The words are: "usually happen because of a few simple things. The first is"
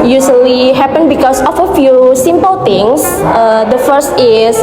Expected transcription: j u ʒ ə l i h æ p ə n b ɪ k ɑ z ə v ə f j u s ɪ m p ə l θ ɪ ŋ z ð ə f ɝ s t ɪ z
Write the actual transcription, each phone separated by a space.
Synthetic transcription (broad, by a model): j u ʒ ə l i h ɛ p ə n b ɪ k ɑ s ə f ə f j u s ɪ m p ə l t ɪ ŋ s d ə f ɝ s t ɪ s